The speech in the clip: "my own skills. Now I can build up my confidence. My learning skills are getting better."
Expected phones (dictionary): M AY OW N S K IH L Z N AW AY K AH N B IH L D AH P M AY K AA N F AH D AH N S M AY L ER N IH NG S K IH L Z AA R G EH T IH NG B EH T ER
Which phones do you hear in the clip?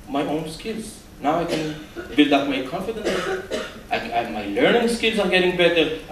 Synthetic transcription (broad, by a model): M AY OW N S K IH L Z N AW AY K AH N B IH L D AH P M AY K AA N F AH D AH N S M AY L ER N IH NG S K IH L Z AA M G EH T IH NG B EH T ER